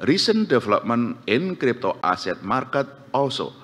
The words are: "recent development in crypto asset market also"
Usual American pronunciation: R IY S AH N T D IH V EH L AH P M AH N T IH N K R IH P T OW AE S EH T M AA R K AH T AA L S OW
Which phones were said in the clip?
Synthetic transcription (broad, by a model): R IY S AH N D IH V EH L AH P M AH N IH N K R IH P T OW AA S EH T M AA R K AH T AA L S OW